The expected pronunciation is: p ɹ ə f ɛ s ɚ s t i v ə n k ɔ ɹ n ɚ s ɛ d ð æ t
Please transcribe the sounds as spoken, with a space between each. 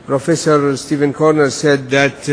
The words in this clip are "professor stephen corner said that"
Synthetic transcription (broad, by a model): p ɹ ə f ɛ s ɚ s t i v ə n k ɔ ɹ n ɚ s ɛ d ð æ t